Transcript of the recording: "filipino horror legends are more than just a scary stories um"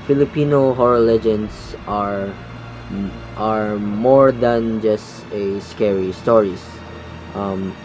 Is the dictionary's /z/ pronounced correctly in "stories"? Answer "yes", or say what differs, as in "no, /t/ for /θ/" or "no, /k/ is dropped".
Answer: no, /s/ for /z/